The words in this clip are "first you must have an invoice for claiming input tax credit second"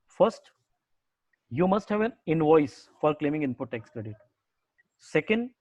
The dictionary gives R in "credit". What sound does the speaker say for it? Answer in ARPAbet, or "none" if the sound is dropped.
R